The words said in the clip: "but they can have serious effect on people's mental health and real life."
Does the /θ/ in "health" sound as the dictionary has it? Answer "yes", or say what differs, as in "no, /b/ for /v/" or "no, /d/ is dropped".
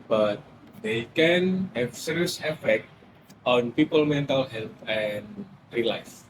no, /t/ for /θ/